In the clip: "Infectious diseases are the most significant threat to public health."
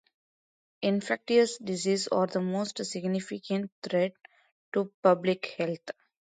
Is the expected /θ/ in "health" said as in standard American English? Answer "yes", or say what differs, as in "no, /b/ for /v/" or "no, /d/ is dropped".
no, /t/ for /θ/